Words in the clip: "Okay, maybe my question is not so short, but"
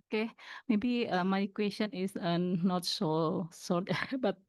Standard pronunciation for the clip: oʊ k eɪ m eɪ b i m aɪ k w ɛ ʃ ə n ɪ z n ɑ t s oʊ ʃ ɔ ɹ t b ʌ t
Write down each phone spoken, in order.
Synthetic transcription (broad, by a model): k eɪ m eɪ b i m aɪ k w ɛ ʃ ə n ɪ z n ɑ t s oʊ s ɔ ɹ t b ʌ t